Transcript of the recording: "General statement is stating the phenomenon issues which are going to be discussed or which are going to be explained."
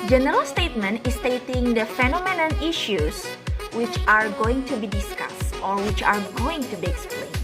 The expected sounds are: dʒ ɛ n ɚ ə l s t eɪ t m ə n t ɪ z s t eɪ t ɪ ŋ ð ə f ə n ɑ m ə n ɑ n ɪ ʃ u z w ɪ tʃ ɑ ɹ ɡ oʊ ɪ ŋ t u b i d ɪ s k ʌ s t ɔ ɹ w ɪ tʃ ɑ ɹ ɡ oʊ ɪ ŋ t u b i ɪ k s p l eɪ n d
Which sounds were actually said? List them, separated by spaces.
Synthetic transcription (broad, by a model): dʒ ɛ n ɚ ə l s t eɪ t m ə n t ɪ s t eɪ t ɪ ŋ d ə f ə n ɑ m ə n ɑ n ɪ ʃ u s w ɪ tʃ ɑ ɹ ɡ oʊ ɪ ŋ t u b i d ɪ s k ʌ s t ɔ ɹ w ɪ tʃ ɑ ɹ ɡ oʊ ɪ ŋ t u b i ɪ k s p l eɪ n